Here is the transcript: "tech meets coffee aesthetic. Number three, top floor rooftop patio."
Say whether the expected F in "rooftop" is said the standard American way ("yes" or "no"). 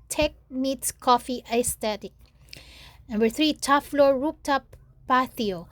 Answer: no